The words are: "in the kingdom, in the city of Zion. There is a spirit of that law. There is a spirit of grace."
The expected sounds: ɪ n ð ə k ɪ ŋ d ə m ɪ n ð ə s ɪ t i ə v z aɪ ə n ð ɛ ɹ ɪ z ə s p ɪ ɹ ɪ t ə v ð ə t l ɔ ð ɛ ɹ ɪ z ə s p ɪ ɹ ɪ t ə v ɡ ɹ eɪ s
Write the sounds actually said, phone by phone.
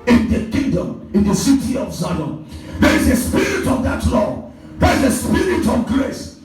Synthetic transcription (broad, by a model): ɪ n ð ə k ɪ ŋ d ə m ɪ n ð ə s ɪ t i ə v s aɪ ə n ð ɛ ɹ ɪ z ə s p ɪ ɹ ɪ t ə v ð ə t l ɔ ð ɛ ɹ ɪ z ə s p ɪ ɹ ɪ t ə v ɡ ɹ eɪ s